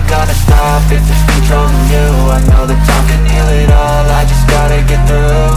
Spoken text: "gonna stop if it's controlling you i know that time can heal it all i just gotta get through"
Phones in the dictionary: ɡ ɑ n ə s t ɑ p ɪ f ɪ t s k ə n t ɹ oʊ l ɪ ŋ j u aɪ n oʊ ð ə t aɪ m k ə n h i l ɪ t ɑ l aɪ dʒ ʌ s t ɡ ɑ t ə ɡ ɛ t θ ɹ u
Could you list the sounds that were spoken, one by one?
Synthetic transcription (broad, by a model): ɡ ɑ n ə s t ɑ p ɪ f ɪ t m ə t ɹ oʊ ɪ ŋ j u aɪ n oʊ ð ə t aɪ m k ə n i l ɪ t ɑ l aɪ dʒ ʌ s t ɡ ɑ t ə ɡ ɛ t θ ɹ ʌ